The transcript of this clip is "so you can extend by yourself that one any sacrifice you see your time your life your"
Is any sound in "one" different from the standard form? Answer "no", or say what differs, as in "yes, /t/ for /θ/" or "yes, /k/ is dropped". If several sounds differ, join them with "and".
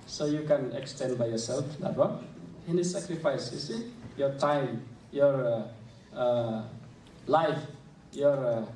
yes, /n/ is dropped